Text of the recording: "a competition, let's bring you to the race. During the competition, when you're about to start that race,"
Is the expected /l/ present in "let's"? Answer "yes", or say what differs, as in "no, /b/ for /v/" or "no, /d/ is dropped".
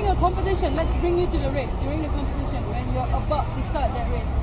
yes